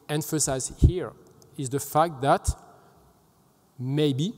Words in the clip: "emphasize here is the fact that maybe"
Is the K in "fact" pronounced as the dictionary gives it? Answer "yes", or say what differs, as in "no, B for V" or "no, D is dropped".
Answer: yes